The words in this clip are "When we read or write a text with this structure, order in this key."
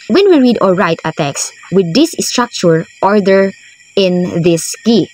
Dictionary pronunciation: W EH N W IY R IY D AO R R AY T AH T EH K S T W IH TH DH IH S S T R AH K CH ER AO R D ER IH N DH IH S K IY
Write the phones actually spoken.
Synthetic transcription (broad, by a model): W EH N W IY R IY D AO L R AY T AH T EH K S W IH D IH S S T R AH K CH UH AO R D ER IH N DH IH S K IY